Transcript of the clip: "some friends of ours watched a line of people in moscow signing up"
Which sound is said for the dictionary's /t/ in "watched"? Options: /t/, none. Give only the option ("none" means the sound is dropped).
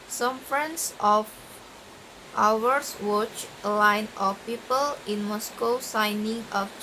none